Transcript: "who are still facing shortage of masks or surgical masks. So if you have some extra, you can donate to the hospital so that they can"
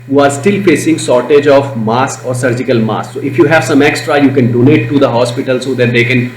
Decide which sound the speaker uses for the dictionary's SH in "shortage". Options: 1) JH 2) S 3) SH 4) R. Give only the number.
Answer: 2